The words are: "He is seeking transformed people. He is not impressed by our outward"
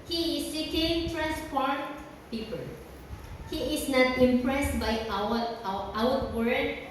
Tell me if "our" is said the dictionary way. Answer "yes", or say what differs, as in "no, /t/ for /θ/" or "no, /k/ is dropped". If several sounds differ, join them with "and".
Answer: no, /w/ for /ɹ/